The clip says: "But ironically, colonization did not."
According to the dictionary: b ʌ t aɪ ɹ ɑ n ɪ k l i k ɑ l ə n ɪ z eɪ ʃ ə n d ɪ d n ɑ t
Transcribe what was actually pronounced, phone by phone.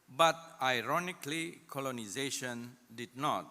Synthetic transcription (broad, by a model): b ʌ t aɪ ɹ ɑ n ɪ k l i k ɑ l ə n ɪ z eɪ ʃ ə n d ɪ d n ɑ t